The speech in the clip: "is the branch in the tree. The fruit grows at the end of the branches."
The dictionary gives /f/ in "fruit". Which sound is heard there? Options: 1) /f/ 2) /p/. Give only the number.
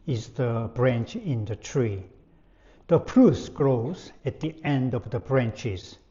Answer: 2